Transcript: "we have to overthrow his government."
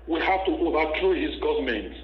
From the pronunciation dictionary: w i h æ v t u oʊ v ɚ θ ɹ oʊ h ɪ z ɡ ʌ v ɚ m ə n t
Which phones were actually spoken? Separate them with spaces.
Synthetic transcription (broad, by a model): w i h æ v t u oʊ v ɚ t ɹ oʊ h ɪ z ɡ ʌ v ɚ m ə n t